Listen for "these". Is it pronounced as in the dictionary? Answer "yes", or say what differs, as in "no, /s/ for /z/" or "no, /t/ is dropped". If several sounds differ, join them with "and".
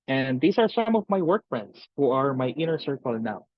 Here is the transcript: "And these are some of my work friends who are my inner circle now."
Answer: no, /s/ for /z/